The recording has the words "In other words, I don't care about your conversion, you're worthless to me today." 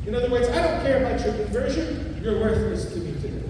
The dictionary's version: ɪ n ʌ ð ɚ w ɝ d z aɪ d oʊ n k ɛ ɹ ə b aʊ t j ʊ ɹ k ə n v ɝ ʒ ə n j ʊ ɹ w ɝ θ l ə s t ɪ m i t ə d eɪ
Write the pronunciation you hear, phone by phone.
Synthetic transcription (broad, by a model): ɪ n ʌ ð ɚ w ɝ d z aɪ d oʊ n k ɛ ɹ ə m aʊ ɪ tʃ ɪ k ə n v ɝ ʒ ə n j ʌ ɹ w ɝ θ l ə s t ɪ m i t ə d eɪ